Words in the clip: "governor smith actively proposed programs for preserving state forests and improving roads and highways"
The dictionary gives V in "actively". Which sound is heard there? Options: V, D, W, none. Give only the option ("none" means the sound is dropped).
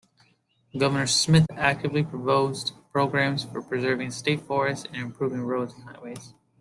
V